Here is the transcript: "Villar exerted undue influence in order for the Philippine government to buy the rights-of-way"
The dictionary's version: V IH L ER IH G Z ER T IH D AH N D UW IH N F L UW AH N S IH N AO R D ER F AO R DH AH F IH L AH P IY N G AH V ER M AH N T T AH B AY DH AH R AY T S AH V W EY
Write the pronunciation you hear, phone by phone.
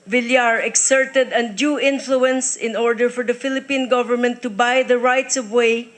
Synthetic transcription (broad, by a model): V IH L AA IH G S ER T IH D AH N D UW IH N F L UW AH N S IH N AO R D ER F AO R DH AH F IH L AH P IY N G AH V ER M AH N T T AH B AY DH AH R AY T S AH V W EY